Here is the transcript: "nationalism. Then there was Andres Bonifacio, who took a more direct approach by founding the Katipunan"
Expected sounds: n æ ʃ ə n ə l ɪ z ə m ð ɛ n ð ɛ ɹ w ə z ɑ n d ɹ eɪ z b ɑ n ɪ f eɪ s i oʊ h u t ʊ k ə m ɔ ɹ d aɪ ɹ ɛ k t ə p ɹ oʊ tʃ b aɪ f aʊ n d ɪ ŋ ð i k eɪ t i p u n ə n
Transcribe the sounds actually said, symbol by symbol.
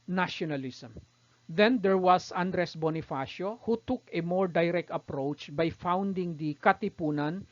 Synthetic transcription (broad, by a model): n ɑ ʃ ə n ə l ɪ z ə m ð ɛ n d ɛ ɹ w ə s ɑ n d ɹ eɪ s b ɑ n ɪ f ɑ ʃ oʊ h u t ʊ k ə m ɔ ɹ d aɪ ɹ ɛ k t ə p ɹ oʊ tʃ b aɪ f aʊ n d ɪ ŋ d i k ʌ t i p u n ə n